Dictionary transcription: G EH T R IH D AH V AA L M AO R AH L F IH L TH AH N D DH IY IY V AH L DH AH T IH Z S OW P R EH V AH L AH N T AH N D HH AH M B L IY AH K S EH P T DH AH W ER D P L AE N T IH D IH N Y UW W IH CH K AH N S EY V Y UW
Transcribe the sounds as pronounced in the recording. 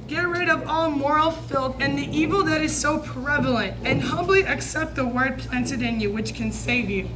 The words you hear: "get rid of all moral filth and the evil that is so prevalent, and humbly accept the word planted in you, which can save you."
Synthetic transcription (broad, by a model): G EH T R IH D AH V AA L M AO R L F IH L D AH N DH IY IY V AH L DH AH T IH Z S OW P R EH V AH L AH N T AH N HH AH M B L IY AH K S EH P T DH AH W ER D P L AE N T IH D IH N Y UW W IH CH K AH N S EY V Y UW